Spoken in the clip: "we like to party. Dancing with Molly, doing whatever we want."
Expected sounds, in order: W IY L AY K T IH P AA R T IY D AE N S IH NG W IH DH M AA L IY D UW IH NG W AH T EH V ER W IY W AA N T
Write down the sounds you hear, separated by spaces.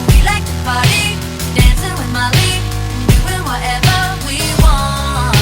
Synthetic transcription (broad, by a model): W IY L AY K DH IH B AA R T IY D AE N S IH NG W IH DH M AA L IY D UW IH W AH T EH V ER W IY W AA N